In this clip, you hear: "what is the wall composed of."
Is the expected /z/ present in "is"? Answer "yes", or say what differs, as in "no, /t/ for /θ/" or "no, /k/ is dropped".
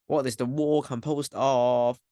yes